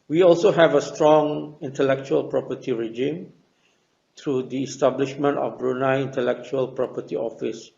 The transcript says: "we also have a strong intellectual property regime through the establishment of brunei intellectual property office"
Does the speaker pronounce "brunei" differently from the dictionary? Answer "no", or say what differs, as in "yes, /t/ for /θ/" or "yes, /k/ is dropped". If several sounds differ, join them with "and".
no